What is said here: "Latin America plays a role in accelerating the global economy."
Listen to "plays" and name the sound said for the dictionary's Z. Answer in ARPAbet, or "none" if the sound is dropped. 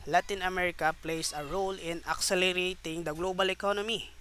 S